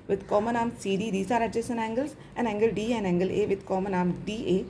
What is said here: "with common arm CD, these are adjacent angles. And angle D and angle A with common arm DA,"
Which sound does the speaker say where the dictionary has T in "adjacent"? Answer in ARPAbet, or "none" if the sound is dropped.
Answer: none